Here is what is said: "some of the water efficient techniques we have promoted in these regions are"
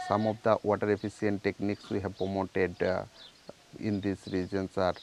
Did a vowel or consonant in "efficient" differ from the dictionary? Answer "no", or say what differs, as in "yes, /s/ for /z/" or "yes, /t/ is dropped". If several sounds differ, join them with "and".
yes, /s/ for /ʃ/